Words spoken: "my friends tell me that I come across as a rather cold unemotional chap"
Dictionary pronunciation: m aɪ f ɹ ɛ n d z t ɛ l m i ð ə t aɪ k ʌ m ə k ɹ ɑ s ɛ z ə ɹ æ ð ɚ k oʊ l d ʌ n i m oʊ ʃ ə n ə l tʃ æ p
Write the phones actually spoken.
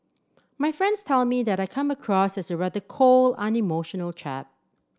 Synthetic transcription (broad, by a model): m aɪ f ɹ ɛ n d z t ɛ l m i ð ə t aɪ k ʌ m ə k ɹ ɑ s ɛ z ə ɹ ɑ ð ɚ k oʊ l ʌ n i m oʊ ʃ ə n ə l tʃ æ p